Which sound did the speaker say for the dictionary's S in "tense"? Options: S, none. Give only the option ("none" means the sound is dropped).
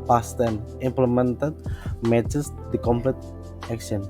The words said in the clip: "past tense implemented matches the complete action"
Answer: none